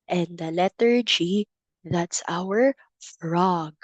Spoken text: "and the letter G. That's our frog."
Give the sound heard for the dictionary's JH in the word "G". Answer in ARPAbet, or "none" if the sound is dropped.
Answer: JH